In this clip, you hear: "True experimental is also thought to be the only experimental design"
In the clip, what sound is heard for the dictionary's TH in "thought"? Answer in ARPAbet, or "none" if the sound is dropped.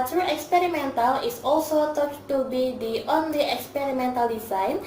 T